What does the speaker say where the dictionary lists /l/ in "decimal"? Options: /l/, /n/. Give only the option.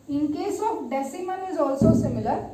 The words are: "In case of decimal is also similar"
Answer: /n/